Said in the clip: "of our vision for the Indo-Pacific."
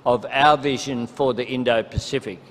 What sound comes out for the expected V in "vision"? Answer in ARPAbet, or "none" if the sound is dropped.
V